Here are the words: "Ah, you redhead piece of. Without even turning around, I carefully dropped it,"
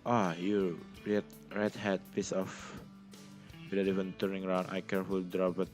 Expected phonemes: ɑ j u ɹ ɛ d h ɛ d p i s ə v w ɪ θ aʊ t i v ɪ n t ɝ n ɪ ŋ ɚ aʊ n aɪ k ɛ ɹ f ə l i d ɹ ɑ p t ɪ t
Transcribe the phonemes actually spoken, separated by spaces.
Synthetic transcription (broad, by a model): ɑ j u ɹ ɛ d h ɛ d p i s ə f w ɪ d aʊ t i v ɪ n t ɝ n ɪ ŋ ɚ aʊ n aɪ k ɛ ɹ f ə l d ɹ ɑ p ɪ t